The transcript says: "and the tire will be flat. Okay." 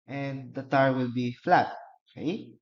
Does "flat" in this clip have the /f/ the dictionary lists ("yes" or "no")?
yes